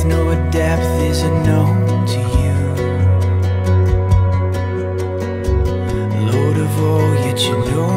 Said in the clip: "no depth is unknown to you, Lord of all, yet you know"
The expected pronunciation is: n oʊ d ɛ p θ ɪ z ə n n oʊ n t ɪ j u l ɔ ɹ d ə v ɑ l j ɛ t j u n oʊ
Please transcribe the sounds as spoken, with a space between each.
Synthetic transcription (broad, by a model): n oʊ d ɛ p θ ɪ z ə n n oʊ n t ɪ j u l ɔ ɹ d ə v ɑ l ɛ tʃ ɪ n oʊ